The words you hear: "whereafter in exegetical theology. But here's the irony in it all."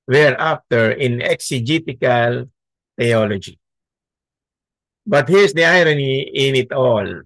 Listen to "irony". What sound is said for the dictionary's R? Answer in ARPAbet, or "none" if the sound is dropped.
R